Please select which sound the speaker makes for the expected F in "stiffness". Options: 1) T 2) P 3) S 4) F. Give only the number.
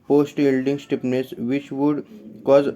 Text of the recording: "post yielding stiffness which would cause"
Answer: 2